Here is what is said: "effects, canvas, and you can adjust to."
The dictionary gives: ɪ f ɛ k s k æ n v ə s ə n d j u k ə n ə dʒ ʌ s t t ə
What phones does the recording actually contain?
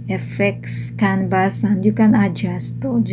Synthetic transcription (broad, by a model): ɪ f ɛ k s k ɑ n b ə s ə n j u k ə n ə dʒ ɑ s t t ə